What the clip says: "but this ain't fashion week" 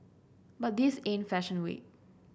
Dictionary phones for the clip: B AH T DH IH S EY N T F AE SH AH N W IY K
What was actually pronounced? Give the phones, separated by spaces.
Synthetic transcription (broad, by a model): B AH T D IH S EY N F AE SH AH N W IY